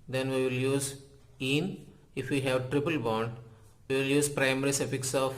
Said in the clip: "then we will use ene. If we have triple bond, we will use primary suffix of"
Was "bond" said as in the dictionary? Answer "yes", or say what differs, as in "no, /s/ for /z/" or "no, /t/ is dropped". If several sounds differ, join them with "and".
yes